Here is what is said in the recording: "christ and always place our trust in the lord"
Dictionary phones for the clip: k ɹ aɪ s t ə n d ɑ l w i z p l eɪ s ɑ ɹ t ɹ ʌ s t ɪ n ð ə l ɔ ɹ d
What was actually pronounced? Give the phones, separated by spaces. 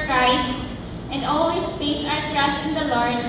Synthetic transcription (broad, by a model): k ɹ aɪ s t ə n d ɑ l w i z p eɪ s ɑ ɹ t ɹ ʌ s t ɪ n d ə l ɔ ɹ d